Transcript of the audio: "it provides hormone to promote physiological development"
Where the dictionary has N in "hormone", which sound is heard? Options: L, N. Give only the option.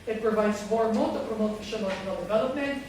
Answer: L